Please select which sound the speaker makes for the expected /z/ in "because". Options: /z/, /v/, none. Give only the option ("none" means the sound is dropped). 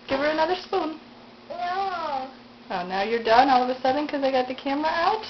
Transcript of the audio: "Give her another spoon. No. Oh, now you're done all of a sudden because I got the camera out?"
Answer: none